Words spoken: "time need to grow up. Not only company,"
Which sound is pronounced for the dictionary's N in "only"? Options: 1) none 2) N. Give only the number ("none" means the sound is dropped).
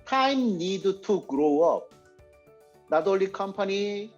1